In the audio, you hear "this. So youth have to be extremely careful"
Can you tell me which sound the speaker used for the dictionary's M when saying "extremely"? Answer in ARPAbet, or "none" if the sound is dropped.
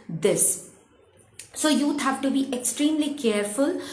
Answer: M